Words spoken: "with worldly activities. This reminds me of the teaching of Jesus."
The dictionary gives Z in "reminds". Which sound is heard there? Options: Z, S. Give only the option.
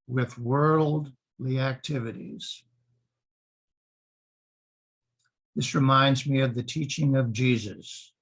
Z